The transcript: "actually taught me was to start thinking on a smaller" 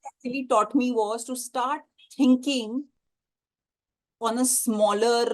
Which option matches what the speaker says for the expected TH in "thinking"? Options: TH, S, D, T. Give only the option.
T